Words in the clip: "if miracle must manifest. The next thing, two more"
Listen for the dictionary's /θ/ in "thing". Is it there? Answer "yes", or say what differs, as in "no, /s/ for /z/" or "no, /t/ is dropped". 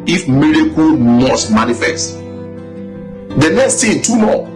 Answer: no, /t/ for /θ/